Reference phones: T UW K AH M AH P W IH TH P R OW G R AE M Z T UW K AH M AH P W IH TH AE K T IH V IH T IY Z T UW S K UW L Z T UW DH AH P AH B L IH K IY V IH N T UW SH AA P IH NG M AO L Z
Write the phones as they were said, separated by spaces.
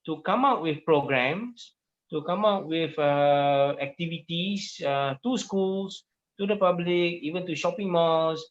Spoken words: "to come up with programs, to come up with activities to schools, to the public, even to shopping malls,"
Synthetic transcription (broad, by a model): T UW K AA M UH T W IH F P R OW G R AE M S T UW K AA M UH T W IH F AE K T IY V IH T IY S T UW S K UW L S T UW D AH P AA B L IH K IY V IH N T UW SH AA P IH NG M AO L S